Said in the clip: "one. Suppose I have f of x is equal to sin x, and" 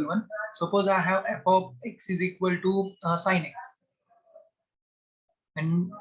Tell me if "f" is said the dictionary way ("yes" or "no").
no